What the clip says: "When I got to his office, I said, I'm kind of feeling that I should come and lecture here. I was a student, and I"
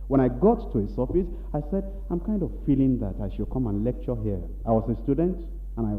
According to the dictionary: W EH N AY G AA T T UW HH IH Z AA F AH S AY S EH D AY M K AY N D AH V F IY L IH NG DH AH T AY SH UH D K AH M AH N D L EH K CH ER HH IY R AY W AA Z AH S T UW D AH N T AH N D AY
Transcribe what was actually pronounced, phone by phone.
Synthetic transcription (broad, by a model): W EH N AY G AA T T UW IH S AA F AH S AY S EH D AY M K AY N D AH V F IY L IH NG DH AH T AY SH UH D K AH M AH N L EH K CH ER HH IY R AY W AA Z AH S T UW D AH N T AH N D AY